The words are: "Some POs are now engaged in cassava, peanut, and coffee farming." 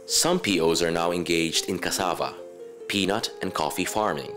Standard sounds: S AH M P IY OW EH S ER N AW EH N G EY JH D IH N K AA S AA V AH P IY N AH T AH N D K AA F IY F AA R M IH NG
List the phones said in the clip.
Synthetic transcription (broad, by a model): S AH M P IY OW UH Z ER N AW EH N G EY JH D IH N K AA S AA V AH P IY N AH T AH N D K AA F IY F AA R M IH NG